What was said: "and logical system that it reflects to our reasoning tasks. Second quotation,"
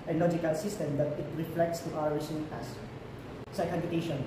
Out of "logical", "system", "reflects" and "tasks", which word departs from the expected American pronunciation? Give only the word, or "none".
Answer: tasks